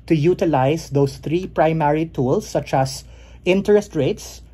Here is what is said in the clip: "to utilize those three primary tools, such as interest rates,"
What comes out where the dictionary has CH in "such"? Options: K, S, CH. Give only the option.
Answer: CH